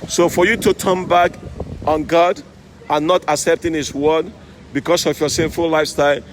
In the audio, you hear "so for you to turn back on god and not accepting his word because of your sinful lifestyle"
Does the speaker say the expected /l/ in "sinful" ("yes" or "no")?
yes